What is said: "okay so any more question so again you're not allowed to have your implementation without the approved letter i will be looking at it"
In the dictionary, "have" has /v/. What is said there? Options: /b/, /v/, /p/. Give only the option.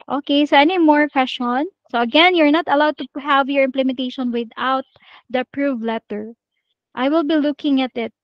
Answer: /v/